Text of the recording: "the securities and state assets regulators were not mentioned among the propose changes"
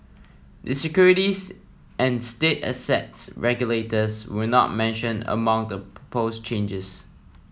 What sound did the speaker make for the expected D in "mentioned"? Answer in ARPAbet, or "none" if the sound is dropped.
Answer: none